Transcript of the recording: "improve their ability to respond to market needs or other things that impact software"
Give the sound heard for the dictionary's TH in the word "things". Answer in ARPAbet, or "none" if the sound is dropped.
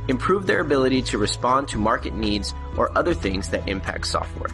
TH